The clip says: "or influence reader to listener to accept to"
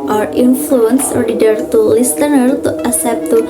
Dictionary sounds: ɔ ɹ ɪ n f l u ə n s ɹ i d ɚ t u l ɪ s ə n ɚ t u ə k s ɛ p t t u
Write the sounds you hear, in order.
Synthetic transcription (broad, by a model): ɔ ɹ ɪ n f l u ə n s ɹ i d ɚ t u l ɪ s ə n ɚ t u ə s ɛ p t t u